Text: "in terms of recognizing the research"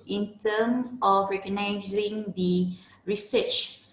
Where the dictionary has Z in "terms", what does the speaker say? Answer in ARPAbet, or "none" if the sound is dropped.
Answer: none